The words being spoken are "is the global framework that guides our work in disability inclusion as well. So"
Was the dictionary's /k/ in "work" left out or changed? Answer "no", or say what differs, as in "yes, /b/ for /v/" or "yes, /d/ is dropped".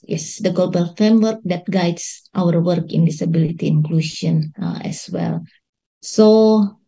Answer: no